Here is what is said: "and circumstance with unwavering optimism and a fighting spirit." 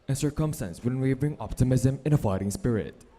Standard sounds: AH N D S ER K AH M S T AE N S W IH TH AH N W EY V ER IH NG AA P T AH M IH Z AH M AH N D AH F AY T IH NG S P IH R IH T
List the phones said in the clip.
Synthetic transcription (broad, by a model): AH N S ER K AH M S T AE N S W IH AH N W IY B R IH NG AA P T AH M IH Z AH M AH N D AH F AY T IH NG S P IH R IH T